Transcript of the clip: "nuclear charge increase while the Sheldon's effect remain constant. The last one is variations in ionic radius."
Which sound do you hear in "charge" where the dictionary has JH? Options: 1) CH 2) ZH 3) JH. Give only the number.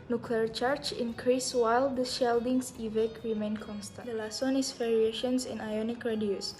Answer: 1